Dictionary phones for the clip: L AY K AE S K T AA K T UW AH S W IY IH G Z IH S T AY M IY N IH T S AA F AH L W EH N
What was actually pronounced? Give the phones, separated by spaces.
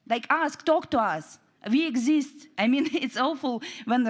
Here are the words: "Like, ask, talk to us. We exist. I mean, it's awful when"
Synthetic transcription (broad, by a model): L AY K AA S K T AA K T UW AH S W IY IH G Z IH S T AY M IY N IH T S AA F AH L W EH N